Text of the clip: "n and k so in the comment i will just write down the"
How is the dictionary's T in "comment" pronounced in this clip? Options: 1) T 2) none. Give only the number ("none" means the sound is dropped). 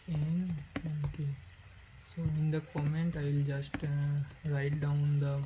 1